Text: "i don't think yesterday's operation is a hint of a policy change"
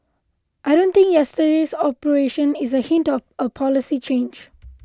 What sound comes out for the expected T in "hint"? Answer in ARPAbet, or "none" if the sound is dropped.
T